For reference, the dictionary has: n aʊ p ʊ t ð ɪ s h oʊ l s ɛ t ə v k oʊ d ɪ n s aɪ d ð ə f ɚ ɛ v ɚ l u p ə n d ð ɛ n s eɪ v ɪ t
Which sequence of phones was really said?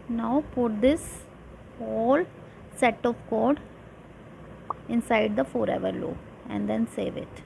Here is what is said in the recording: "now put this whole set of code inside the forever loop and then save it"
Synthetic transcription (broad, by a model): n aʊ p ʊ t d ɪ s h oʊ l s ɛ t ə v k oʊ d ɪ n s aɪ d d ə f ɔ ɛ v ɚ l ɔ ə n d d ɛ n s eɪ v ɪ t